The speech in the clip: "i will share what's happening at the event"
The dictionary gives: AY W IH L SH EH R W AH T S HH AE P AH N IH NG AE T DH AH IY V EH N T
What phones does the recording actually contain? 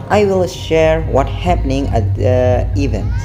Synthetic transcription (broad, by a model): AY W IH L SH EH R W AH T HH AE P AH N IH NG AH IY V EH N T